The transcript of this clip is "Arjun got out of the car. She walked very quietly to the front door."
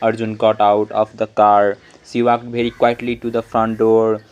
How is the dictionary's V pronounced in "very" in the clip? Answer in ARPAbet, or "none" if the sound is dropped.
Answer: B